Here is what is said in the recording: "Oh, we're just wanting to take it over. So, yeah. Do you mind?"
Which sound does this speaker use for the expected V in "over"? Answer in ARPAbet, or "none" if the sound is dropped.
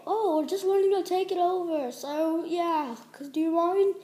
V